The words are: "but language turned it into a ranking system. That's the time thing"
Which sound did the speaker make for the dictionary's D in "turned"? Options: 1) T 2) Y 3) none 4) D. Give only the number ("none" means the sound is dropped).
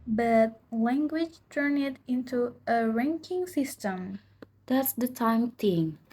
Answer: 3